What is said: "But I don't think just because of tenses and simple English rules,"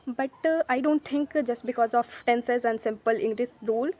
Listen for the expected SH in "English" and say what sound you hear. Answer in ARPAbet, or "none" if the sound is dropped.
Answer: S